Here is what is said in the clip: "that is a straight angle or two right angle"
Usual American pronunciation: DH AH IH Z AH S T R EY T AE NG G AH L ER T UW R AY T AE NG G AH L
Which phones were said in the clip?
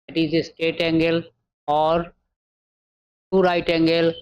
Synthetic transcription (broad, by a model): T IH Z AH S T EY T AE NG G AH L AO T UW R AY T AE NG G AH L